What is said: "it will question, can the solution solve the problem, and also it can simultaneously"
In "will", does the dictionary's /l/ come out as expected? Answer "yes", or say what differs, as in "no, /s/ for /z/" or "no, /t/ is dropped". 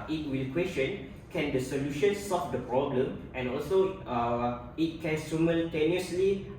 yes